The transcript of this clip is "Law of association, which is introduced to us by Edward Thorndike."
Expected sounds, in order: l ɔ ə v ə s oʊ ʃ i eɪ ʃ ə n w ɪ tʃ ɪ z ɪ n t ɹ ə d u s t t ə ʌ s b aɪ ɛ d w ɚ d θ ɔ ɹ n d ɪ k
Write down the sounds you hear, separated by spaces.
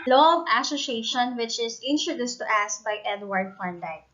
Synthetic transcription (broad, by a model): l ɔ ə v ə s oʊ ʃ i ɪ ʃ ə n w ɪ tʃ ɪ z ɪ n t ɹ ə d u s t t ə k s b aɪ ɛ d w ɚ d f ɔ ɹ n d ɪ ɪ